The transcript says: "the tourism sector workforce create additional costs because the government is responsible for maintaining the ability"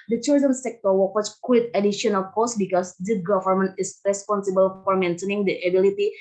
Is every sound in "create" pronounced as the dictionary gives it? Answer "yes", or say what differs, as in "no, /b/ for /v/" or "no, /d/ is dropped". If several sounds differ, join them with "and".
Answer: no, /w/ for /ɹ/